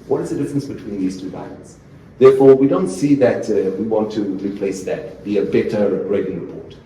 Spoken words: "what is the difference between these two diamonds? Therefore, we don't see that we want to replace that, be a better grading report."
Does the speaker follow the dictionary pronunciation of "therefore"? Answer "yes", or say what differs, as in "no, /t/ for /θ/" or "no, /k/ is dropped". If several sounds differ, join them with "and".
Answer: yes